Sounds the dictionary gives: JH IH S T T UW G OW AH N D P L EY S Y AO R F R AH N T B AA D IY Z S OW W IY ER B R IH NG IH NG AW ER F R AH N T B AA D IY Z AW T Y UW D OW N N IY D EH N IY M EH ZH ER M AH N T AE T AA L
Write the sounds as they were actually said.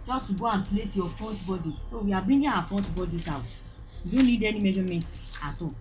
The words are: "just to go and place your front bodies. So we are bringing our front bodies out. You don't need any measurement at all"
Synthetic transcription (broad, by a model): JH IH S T T UW G OW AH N P L EY S Y AO F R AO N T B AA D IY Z S OW W IY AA B IY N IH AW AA F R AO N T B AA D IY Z AW T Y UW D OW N N IY D EH N IY M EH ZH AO M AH N T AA T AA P